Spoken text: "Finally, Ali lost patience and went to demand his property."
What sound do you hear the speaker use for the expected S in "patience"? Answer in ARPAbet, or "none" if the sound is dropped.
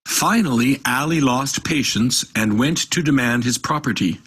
S